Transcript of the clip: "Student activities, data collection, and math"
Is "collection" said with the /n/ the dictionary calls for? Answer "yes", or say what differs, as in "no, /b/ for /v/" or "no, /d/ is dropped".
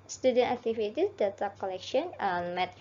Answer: no, /n/ is dropped